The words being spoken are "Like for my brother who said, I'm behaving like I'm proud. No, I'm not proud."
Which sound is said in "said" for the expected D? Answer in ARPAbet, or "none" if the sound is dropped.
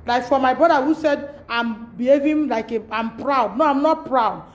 D